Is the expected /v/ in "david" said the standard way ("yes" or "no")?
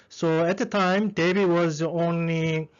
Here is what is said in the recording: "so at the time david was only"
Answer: no